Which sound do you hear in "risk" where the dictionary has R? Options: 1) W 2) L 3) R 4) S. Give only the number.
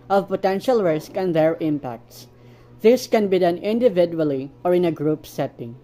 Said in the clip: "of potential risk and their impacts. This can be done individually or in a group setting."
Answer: 3